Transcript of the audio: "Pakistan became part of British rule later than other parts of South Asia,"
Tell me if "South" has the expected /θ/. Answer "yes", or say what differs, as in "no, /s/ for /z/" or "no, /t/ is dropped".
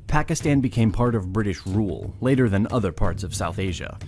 yes